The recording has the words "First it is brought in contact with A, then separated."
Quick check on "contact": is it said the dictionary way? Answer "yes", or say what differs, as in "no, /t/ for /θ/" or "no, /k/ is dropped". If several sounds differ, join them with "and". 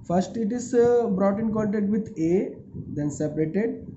no, /l/ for /n/